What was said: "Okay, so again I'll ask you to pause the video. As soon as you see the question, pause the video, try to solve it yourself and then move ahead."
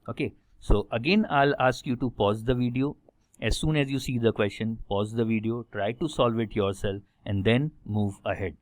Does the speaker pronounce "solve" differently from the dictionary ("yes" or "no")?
no